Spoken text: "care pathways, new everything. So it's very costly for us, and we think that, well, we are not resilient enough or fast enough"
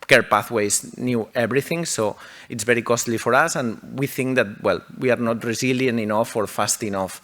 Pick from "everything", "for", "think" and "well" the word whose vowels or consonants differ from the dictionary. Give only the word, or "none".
everything